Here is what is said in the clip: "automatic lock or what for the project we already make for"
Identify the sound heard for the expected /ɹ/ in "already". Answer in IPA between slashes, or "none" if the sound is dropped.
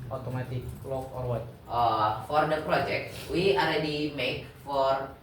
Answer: /l/